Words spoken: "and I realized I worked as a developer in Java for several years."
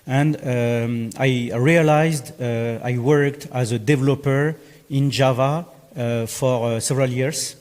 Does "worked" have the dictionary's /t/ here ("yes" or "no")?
yes